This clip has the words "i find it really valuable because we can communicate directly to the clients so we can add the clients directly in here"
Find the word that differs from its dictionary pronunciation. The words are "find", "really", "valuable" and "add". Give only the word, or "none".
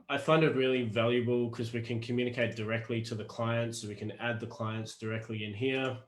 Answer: none